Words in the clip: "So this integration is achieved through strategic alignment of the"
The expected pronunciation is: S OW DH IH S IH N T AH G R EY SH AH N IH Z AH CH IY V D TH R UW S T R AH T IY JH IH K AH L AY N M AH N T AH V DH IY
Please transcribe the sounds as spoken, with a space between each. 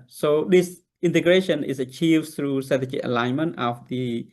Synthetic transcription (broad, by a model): S OW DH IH S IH N T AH G R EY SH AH N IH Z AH CH IY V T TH R UW S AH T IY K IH AH L AY N M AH N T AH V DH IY